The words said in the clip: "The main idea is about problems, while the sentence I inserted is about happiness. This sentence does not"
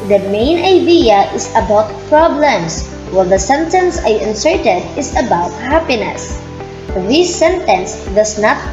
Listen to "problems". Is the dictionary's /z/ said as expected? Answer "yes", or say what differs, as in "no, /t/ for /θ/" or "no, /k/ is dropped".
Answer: no, /s/ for /z/